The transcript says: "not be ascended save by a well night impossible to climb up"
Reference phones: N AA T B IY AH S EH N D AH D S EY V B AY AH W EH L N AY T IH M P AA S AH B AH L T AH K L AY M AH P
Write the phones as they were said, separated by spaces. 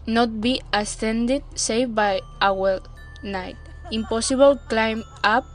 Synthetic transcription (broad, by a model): N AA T B IY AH S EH N D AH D S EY F B AY AH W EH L N AY T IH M P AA S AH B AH L K L AY M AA P